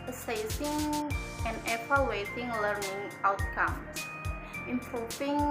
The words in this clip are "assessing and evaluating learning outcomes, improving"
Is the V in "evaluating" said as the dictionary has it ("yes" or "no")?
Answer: no